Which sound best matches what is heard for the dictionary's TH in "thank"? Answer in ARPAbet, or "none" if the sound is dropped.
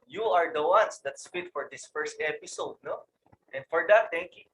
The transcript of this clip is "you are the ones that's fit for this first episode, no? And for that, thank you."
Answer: T